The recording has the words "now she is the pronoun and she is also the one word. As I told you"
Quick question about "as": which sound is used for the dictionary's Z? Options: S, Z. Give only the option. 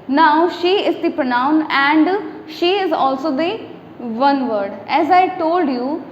Z